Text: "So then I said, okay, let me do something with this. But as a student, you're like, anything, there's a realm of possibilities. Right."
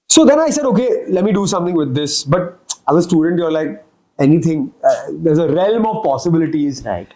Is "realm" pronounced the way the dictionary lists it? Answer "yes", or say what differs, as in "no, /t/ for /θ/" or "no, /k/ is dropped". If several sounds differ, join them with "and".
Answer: yes